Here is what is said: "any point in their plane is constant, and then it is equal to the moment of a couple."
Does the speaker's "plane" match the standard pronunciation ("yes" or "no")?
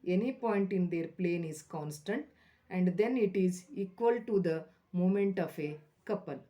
yes